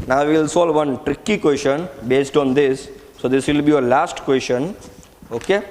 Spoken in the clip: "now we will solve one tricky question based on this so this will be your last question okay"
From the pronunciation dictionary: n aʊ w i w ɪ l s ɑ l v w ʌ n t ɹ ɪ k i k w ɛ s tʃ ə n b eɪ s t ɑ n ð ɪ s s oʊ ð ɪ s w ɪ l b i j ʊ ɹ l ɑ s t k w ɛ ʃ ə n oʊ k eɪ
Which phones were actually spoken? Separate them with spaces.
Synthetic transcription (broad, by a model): n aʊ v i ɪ l s ɑ l v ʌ n t ɹ ɪ k i k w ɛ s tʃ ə n b eɪ s t ɑ n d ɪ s s oʊ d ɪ s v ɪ l b i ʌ l ɑ s t k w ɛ s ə n oʊ k eɪ